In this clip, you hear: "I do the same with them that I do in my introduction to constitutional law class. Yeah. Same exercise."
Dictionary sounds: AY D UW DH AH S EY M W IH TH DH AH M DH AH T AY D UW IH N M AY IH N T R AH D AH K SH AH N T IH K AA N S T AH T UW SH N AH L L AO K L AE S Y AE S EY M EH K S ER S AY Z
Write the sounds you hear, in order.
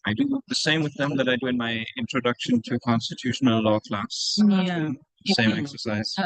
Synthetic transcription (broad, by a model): AY D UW DH AH S EY M W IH DH AH M DH AH T AY D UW IH N M AY IH N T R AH D AH K SH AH N T IH K AA N S T AH T UW SH N AH L L AO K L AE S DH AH S EY M EH K S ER S AY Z